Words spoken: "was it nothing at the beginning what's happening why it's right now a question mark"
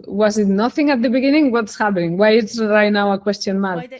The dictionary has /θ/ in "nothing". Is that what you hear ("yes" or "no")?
yes